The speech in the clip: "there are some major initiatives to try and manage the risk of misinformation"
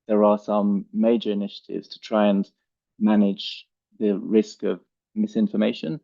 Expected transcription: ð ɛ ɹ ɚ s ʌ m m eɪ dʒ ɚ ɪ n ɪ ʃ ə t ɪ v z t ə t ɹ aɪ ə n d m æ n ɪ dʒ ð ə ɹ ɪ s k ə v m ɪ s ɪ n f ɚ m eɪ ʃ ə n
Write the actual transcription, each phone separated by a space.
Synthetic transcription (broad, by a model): ð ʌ ɹ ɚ s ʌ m m eɪ dʒ ɚ ɪ n ɪ ʃ ə t ɪ v z t ə t ɹ aɪ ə n m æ n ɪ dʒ ð ə ɹ ɪ s k ə v m ɪ s ɪ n f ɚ m eɪ ʃ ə n